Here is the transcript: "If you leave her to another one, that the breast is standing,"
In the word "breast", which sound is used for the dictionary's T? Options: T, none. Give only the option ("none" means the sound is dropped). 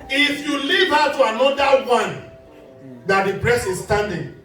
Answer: none